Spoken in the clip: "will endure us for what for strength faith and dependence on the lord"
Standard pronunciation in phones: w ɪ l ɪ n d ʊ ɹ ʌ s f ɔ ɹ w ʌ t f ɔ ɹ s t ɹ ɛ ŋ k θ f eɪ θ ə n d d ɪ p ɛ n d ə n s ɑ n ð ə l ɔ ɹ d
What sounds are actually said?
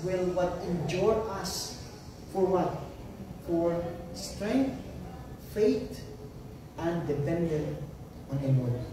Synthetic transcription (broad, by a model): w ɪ l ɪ n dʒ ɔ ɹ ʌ s f ɔ ɹ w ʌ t f ɔ ɹ s t ɹ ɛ ŋ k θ f eɪ t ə n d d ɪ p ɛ n d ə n ɑ n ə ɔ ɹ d